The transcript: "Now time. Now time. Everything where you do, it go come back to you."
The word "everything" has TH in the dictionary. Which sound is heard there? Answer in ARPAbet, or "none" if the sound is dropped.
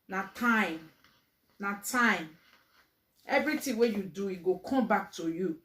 T